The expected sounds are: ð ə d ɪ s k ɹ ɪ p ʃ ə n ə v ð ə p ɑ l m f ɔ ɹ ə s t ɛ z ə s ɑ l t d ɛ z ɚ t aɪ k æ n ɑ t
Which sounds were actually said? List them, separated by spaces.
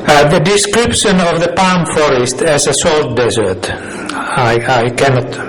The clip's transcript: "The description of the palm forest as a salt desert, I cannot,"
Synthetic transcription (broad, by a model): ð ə d ɪ s k ɹ ɪ p ʃ ə n ə v ð ə p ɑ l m f ɔ ɹ ə s t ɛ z ə s ɑ l t d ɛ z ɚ t aɪ k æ n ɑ t